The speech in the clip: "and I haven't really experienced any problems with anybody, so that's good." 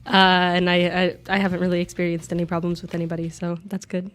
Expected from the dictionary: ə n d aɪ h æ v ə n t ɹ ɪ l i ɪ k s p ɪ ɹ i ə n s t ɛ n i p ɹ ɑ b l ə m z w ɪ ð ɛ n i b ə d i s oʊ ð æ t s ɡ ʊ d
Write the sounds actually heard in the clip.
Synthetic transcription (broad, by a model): ə n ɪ aɪ h æ v ə n t ɹ ɪ l i ɪ k s p ɪ ɹ i ə n s t ɛ n i p ɹ ɑ b l ə m z w ɪ ð ɛ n i b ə d i s oʊ ð æ t s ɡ ʊ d